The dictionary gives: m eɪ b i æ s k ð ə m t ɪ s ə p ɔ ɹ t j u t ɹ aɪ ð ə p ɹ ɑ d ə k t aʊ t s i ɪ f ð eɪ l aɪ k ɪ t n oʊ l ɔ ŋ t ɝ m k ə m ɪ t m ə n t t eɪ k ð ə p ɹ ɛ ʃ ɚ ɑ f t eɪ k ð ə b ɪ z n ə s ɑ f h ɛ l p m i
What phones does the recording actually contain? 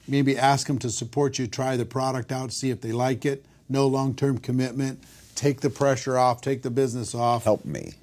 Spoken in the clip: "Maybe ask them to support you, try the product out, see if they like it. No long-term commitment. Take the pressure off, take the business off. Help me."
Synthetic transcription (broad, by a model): m eɪ b i æ s k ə m t ɪ s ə p ɔ ɹ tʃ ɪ t ɹ aɪ ð ə p ɹ ɑ d ə k t aʊ t s i ɪ f ð eɪ l aɪ k ɪ t n oʊ l ɔ ŋ t ɝ m k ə m ɪ t m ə n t t eɪ k ð ə p ɹ ɛ ʃ ɚ ɑ f t eɪ k ð ə b ɪ z n ə s ɑ f h ɛ l p m i